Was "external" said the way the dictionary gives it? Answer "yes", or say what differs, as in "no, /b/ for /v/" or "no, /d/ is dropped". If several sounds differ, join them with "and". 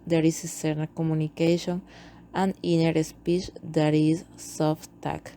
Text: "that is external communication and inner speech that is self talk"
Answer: no, /k/ is dropped